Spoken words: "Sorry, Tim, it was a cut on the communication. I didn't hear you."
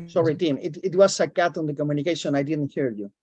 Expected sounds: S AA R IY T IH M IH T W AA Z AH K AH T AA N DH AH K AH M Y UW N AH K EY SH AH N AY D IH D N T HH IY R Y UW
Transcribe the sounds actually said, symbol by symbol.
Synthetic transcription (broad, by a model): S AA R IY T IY M IH T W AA S AH K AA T AA N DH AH K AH M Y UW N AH K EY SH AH N AY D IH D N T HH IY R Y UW